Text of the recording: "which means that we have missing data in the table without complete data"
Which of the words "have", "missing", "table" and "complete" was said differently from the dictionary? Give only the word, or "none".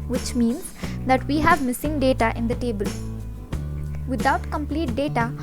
none